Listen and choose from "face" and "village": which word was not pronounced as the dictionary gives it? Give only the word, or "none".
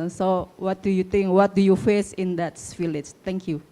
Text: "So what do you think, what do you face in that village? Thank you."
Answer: village